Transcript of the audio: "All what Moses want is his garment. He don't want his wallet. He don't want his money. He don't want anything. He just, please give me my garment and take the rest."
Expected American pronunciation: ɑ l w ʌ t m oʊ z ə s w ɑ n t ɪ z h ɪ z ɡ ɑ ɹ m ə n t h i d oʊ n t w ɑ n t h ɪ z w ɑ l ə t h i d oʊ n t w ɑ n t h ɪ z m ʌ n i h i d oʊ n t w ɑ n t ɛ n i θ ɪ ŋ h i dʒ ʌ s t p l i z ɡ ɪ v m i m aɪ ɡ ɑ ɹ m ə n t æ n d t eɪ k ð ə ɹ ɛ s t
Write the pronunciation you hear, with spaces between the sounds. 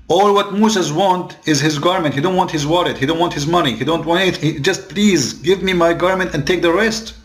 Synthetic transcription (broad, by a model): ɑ l w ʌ t m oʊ s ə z w ɑ n t ɪ z h ɪ z ɡ ɑ ɹ m ə n t h i d oʊ n t w ɑ n t h ɪ z w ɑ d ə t h i d oʊ n t w ɑ n t h ɪ z m ʌ n i h i d oʊ n t w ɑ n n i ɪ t h i dʒ ʌ s t p l i z ɡ ɪ v m i m aɪ ɡ ɑ ɹ m ə n t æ n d t eɪ k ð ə ɹ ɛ s t